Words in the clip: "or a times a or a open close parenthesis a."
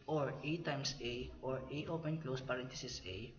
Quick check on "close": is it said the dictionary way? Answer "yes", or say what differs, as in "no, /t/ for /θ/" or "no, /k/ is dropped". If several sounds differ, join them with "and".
yes